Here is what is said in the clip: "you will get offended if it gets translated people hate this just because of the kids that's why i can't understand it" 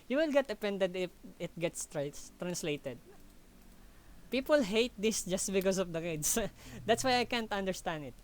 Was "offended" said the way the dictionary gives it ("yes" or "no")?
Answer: no